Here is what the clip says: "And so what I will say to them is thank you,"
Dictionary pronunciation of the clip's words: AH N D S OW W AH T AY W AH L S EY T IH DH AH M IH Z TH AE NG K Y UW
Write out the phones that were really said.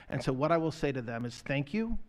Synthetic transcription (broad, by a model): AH N S OW W AH T AY W AH L S EY T IH DH AH M IH Z TH AE NG K Y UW